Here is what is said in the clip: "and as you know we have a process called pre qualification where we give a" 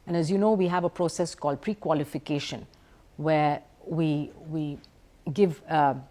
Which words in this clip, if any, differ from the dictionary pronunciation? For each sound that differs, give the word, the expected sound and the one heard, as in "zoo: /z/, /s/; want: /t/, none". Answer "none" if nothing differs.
where: /ɹ/, /w/